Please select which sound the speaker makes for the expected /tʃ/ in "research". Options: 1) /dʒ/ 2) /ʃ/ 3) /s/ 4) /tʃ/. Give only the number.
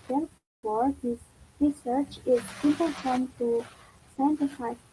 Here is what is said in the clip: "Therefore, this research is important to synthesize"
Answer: 4